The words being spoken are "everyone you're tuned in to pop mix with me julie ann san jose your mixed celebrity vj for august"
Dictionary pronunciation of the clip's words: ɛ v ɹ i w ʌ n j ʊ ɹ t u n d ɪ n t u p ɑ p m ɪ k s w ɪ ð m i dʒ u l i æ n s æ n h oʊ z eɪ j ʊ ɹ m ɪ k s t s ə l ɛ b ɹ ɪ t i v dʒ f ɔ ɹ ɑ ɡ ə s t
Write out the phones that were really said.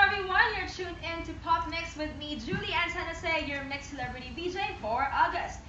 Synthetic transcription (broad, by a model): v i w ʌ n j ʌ ɹ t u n ɪ n t u p ɑ p m ɪ k s w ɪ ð m i dʒ u l i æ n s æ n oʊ s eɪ j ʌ ɹ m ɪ k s s ə l ɛ b ɹ ɪ t i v dʒ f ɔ ɹ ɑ ɡ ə s t